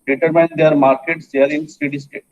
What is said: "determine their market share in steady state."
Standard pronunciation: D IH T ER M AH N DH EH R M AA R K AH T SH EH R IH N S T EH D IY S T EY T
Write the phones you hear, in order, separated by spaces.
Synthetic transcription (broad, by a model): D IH T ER M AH N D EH R M AA R K AH T S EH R IH N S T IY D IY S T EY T